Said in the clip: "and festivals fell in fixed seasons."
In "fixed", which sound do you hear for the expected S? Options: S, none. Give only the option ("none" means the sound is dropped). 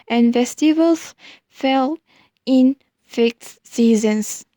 none